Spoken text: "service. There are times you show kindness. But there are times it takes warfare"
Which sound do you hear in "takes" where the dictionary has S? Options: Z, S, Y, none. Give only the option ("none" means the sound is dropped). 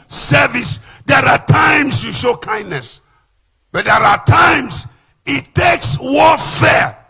S